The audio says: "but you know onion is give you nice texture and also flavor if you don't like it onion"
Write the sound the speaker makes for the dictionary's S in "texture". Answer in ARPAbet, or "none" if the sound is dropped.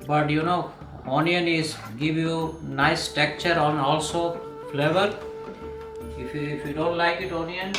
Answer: none